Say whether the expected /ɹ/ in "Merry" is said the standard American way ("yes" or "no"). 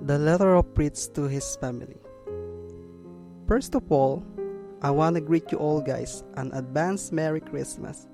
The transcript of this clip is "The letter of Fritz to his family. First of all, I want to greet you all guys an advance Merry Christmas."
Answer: yes